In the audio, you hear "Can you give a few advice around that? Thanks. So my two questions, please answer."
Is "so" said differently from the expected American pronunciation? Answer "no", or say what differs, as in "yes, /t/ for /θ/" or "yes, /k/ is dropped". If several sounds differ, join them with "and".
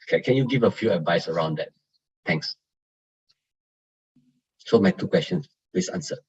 no